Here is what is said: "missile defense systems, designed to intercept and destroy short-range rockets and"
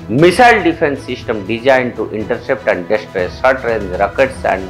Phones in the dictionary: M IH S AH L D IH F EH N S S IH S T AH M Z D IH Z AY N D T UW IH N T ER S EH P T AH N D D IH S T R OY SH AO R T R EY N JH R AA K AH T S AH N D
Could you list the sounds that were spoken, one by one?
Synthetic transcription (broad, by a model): M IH S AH L D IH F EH N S S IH S T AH M D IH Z AY N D T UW IH N T ER S EH P T AH N D D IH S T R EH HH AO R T R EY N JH R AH K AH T S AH N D